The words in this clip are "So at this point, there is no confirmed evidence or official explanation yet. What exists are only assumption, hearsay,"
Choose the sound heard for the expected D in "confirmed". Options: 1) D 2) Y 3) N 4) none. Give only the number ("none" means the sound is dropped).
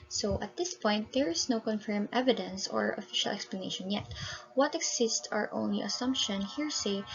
4